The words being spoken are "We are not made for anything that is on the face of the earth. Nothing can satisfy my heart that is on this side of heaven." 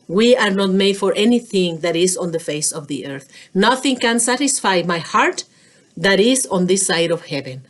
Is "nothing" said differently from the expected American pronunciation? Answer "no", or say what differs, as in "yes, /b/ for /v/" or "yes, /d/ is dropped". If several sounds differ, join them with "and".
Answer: no